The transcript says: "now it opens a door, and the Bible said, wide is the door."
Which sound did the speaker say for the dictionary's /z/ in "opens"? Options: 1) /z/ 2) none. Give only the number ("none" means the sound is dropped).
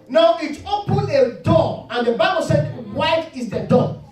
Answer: 2